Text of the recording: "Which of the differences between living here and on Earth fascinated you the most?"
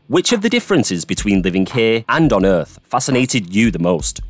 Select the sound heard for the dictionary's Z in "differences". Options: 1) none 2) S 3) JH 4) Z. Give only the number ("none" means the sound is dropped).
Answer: 4